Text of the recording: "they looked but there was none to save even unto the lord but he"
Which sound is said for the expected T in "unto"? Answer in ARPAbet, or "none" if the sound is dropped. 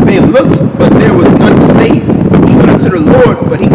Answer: S